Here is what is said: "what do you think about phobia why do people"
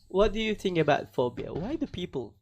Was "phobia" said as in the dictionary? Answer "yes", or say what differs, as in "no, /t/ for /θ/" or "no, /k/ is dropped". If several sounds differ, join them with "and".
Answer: yes